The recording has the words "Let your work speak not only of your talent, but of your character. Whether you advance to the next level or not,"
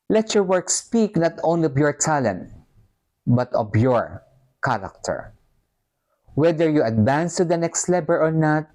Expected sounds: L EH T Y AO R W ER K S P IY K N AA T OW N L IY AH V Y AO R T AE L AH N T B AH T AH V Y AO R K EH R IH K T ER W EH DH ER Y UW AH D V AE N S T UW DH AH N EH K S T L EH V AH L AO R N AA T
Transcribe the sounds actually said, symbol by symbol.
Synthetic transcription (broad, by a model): L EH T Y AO R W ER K S P IY K N AA T OW N L IY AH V Y AO R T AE L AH N T B AH T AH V Y AO R K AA R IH K T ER W EH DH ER Y UW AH D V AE N S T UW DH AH N EH K S T L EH B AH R AO R N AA T